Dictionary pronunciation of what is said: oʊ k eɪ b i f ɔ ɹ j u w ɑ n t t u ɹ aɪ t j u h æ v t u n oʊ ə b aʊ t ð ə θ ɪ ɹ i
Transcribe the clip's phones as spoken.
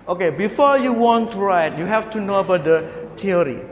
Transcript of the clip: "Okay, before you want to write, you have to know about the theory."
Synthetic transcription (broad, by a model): oʊ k eɪ b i f ɔ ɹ j u w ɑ n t t u ɹ aɪ t j u h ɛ f t u n oʊ ə b aʊ t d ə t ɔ ɹ i